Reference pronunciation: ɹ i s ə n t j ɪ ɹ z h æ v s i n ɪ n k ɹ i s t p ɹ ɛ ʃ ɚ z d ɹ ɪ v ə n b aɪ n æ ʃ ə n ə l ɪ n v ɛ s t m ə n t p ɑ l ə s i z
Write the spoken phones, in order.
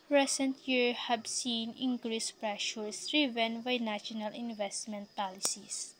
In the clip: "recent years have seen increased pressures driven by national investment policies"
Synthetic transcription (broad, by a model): ɹ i s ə n t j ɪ ɹ h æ b s i n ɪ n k ɹ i s p ɹ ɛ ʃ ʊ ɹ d ɹ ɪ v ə n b aɪ n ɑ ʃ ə n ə l ɪ n v ɛ s t m ə n t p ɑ l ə s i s